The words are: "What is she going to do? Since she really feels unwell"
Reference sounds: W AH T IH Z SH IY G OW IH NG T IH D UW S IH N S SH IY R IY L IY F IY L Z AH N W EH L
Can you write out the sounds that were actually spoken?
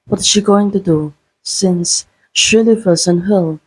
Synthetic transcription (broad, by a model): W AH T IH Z SH IY G OW IH NG T IH D UW S IH N S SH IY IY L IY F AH Z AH N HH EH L